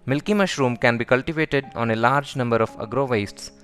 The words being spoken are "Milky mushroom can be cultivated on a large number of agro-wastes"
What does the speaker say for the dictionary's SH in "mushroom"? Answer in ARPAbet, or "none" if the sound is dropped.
SH